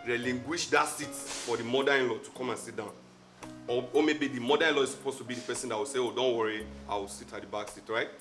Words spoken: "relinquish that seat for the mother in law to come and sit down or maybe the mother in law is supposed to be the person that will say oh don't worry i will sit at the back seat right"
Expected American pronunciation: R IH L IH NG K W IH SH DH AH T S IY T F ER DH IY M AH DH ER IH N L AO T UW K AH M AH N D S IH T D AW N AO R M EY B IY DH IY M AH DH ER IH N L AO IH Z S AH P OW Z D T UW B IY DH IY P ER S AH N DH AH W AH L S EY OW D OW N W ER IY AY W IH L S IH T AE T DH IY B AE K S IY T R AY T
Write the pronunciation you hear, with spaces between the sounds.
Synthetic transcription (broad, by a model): R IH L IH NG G W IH SH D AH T S IY T F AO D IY M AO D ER IH N L AO T UW K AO M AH N S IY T D AW N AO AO M EY B IY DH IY M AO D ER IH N L AO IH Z S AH P OW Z T UW B IY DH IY P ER S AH N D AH W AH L S EY OW D OW N W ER IY AY W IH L S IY T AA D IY B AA K S IY T R AY T